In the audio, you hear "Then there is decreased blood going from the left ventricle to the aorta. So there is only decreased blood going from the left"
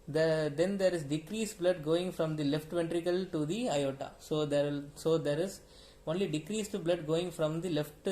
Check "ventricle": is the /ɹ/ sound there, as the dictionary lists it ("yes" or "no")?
yes